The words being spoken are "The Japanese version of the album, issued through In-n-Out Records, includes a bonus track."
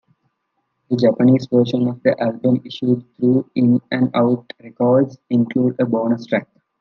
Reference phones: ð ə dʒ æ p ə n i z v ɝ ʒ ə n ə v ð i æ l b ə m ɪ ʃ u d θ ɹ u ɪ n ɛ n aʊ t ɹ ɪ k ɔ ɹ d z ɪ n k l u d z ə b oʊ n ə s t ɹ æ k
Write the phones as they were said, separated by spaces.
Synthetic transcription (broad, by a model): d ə dʒ æ p ə n i z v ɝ ʃ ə n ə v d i æ l b ə m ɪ ʃ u d t ɹ u ɪ n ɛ n aʊ t ɹ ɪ k ɔ ɹ d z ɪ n k l u d ə b oʊ n ə s t ɹ æ k